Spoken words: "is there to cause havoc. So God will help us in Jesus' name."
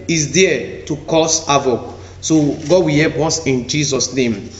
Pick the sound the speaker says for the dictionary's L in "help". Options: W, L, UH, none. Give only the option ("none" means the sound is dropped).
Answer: none